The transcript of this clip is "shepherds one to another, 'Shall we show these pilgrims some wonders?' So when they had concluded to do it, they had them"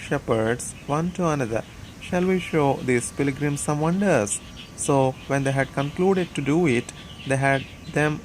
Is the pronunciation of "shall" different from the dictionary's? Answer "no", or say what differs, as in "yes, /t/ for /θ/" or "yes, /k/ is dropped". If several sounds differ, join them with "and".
no